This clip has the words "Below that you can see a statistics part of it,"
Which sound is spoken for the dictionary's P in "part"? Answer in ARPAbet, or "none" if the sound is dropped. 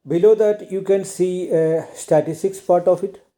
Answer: P